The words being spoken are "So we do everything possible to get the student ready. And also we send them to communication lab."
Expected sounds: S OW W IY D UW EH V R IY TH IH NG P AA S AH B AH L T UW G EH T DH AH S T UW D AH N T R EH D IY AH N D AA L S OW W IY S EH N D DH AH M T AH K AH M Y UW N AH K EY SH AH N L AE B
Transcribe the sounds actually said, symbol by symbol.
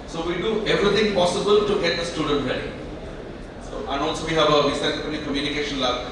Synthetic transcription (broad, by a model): S OW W IY D UW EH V R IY T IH NG P AA S AH B AH L T UW G EH T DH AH S T UW D AH N T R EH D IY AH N AA L S OW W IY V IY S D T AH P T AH K AH M Y UW N AH K EY SH AH N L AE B